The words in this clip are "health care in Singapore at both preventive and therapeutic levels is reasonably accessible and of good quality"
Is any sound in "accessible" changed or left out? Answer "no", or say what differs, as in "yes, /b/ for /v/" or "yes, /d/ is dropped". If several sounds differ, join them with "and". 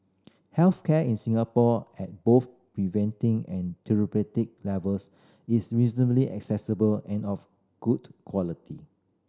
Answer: no